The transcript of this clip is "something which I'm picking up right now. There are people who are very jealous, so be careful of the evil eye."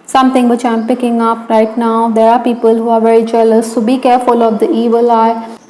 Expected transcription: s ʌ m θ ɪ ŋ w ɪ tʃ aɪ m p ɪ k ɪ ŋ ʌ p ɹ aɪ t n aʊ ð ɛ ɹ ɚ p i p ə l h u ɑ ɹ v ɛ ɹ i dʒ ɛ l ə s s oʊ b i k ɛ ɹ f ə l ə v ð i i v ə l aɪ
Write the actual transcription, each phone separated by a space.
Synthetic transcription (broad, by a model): s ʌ m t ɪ ŋ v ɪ tʃ aɪ m p ɪ k ɪ ŋ ʌ p ɹ aɪ t n aʊ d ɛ ɹ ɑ p i p ə l h u ɑ ɹ v ɛ ɹ i dʒ ɛ l ə s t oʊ b i k ɛ ɹ f ə l ə v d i i v ə l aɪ